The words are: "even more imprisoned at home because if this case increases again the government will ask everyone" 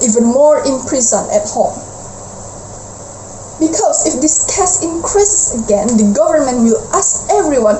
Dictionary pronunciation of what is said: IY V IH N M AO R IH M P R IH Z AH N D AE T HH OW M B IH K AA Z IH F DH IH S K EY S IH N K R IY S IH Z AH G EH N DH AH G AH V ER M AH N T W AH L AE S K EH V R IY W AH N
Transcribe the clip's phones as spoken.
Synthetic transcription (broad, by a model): IY V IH N M AO R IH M P R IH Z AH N EH T HH OW M B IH K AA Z IH F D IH S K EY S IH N K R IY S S AH G EH N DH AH G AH V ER M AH N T W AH L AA S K EH V R IY W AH N